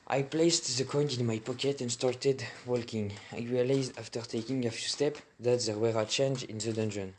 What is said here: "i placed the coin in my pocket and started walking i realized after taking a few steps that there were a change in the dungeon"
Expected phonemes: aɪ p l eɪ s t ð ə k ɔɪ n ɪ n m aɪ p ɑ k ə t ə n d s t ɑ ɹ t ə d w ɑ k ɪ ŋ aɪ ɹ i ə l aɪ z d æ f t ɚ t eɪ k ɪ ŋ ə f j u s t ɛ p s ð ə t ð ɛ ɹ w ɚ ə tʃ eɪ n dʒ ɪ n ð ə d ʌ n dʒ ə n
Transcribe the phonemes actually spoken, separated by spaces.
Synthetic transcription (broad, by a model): aɪ p l eɪ s t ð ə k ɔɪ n ɪ n m aɪ p ɑ k ə t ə n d s t ɑ ɹ t ə d w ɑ k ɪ ŋ aɪ ɹ i ə l aɪ z d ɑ f t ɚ t eɪ k ɪ ŋ ə f j u s t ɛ p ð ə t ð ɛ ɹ w ɚ ə tʃ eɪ n dʒ ɪ n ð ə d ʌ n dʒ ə n